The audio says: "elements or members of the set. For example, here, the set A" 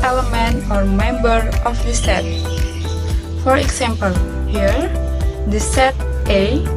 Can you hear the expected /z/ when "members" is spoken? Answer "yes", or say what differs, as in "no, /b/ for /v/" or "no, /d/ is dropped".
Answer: no, /z/ is dropped